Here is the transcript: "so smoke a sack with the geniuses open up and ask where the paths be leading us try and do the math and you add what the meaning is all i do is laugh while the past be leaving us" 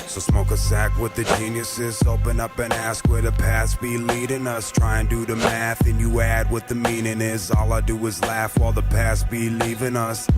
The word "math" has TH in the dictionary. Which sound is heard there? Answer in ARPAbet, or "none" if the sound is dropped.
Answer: TH